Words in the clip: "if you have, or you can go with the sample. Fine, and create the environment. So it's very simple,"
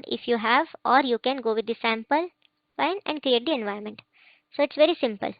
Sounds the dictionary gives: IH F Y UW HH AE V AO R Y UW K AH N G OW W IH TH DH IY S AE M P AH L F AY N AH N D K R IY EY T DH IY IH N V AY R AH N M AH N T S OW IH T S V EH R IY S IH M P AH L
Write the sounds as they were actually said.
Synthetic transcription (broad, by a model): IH F Y UW HH AE V AO R Y UW K AH N G OW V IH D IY S AE M P AH L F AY N AH N D K R IY EY T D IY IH N V AY AH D M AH N T S OW IH T S V EH R IY S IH M P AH L